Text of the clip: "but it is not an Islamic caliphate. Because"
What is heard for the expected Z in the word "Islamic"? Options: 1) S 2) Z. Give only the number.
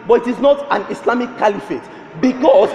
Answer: 1